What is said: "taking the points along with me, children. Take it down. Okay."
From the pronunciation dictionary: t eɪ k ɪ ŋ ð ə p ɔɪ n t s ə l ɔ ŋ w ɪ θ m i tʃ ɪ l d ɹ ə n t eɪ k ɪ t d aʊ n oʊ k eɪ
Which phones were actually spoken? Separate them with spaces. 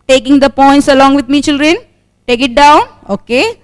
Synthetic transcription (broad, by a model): t eɪ k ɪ ŋ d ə p ɔɪ n t s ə l ɔ ŋ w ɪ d m i tʃ ɪ l d ɹ ə n t eɪ k ɪ t d aʊ n oʊ k eɪ